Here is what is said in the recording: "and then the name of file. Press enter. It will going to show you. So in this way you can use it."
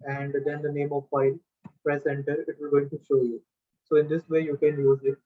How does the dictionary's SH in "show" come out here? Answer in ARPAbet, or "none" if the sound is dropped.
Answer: SH